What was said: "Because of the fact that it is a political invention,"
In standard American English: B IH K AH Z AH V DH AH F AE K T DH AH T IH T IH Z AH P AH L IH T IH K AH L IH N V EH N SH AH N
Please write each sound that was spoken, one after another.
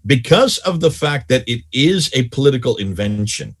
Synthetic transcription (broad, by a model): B IH K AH Z AH V DH AH F AE K T DH AH T IH T IH Z AH P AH L IH T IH K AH L IH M V EH N SH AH N